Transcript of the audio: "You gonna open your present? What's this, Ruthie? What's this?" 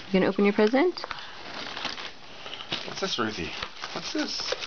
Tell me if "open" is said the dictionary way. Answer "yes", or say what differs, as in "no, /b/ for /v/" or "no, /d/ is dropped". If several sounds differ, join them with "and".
yes